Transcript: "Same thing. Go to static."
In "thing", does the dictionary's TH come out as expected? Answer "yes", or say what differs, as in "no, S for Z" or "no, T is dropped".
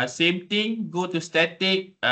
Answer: no, T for TH